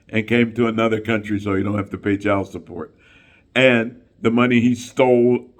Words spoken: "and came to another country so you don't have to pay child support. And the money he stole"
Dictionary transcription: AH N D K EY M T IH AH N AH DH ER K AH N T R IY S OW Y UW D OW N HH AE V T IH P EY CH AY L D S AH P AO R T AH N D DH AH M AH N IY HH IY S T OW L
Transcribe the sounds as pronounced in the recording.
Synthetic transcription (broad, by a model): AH N K EY M T IH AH N AH DH ER K AH N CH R IY S OW Y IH D OW N HH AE F T IH P EY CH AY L S AH P AO R T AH N DH AH M AH N IY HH IY S T OW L